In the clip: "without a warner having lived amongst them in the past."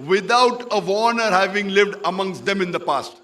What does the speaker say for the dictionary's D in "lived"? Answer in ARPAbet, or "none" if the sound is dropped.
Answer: D